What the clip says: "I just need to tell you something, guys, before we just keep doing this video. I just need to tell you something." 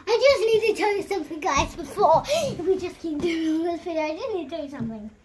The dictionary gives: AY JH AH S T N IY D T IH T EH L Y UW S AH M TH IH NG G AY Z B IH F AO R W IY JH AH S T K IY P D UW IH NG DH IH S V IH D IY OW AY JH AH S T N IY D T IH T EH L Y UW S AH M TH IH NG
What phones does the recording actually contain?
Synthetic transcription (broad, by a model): AY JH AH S N IY D T IH T EH L Y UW S AH M TH IH NG G AY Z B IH F AO R W IY JH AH S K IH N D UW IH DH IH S F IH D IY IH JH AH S N IY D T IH T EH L Y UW S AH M TH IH NG